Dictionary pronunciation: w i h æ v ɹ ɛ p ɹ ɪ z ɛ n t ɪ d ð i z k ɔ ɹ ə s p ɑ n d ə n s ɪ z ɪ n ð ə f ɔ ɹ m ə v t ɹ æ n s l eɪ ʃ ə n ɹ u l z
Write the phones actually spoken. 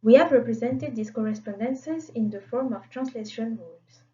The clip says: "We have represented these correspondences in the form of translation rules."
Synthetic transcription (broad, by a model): w i h æ v ɹ ɛ p ɹ ɪ z ɛ n t ɪ d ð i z k ɔ ɹ ə s p ɑ n d ə n s ɪ z ɪ n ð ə f ɔ ɹ m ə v t ɹ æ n s l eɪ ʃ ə n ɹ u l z